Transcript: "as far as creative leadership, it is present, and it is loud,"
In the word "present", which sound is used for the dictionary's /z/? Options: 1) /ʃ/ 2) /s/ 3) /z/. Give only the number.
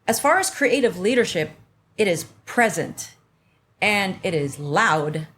3